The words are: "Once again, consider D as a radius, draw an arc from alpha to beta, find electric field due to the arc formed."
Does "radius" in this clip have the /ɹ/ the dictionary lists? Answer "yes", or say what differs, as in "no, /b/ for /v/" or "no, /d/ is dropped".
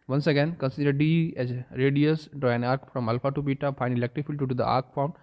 yes